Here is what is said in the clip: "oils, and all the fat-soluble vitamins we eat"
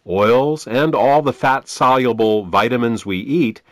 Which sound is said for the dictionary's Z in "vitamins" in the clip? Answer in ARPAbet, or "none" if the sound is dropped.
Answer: Z